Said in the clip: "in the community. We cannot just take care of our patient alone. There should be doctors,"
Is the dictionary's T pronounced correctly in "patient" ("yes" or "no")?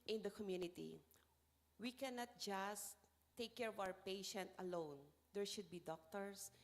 yes